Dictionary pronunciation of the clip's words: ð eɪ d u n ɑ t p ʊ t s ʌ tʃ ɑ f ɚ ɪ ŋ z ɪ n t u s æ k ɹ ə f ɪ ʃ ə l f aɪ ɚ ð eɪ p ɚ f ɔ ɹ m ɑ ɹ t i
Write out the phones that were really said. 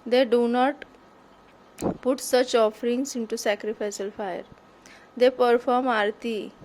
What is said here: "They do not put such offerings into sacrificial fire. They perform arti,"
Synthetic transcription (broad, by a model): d eɪ d u n ɑ t p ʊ t s ʌ tʃ ɑ f ɚ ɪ ŋ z ɪ n t u s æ k ɹ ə f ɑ s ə l f aɪ ɚ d eɪ p ɚ f ɔ ɹ m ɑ ɹ t i